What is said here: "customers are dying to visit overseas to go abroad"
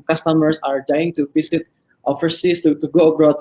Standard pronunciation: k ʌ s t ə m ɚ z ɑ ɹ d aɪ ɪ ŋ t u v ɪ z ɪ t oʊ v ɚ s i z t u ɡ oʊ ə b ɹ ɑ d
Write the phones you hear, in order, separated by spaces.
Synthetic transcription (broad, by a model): k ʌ s t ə m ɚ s ɑ ɹ d aɪ ɪ ŋ t u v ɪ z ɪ t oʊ f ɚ s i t t u ɡ oʊ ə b ɹ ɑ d